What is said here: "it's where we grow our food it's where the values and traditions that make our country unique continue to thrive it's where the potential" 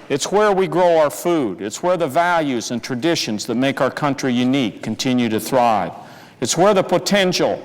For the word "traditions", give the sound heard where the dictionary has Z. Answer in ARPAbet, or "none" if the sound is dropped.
Z